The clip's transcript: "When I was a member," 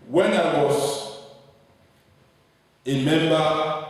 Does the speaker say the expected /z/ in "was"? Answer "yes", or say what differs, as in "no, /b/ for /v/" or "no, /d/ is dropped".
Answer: no, /s/ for /z/